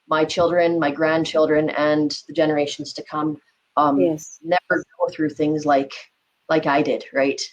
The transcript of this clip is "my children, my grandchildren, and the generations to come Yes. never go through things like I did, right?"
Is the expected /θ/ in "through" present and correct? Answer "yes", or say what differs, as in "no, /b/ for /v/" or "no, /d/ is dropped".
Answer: yes